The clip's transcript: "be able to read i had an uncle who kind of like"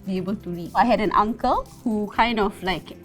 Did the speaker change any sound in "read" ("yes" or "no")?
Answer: yes